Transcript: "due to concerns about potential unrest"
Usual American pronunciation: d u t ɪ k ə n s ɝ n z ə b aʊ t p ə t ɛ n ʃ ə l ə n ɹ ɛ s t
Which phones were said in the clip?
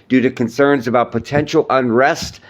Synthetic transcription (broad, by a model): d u t ɪ k ə n s ɝ n z ə b aʊ t p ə t ɛ n ʃ l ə n ɹ ɛ s t